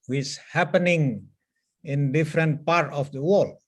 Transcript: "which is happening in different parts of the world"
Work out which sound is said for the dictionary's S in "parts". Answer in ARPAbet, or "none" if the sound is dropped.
none